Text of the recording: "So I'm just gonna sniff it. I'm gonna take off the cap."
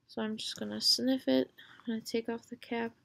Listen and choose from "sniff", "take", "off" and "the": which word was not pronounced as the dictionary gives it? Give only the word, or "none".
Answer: none